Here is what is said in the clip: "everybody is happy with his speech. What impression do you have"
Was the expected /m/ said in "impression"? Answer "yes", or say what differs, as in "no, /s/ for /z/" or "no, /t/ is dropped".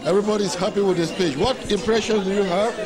yes